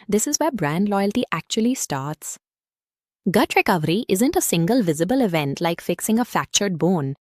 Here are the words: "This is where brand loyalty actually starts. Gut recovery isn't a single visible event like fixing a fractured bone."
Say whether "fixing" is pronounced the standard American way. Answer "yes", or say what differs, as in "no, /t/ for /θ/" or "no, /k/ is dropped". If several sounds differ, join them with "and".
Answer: yes